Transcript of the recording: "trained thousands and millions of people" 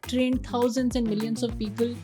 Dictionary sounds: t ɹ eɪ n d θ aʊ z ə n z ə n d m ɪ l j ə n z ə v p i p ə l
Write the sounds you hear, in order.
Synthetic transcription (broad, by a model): t ɹ eɪ n d t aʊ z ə n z ə n d m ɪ l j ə n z ə v p i p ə l